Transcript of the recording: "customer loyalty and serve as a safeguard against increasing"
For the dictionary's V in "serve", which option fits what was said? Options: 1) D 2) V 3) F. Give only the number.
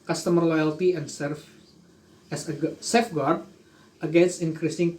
3